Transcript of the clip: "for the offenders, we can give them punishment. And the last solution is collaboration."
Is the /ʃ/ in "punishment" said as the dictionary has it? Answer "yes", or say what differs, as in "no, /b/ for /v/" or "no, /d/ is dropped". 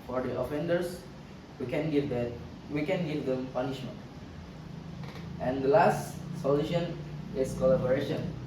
yes